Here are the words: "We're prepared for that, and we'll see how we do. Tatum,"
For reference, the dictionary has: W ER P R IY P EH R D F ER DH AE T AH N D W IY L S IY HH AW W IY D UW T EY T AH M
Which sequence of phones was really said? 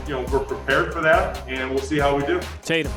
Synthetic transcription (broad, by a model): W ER P R IY P EH R D F ER DH AE T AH N W IY L S IY HH AW W IY D UW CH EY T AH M